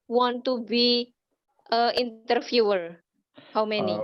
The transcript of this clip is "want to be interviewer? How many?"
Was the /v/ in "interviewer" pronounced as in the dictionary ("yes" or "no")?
no